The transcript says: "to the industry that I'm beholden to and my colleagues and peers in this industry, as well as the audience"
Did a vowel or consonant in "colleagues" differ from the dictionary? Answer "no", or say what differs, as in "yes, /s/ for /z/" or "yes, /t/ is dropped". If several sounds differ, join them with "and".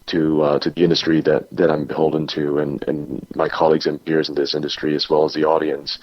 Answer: no